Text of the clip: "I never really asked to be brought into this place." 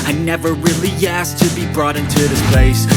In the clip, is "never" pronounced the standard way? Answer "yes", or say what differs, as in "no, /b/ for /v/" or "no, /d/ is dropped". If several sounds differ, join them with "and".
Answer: yes